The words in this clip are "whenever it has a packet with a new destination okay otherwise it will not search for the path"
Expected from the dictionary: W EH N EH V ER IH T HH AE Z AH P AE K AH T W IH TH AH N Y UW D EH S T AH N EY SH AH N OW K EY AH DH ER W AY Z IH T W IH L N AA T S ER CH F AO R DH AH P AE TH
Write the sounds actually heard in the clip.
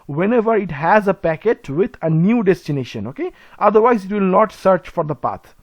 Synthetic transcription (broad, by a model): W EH N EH V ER IH T HH AE Z AH P AE K AH T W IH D AH N Y UW D EH S T AH N EY SH AH N OW K EY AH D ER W AY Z IH T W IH L N AA T S ER CH F AO R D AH P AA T